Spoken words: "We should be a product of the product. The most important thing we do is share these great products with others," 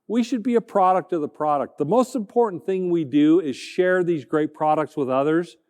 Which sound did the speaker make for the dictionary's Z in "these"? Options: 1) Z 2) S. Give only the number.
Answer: 1